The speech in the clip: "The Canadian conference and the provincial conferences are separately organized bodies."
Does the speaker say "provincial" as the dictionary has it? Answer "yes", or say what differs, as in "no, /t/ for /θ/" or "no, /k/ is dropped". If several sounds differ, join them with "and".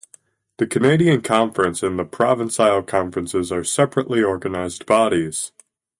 no, /s/ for /ʃ/